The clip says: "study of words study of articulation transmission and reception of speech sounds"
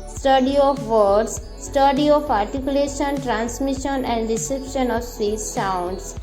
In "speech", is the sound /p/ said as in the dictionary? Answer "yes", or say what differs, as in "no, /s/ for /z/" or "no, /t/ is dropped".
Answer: no, /p/ is dropped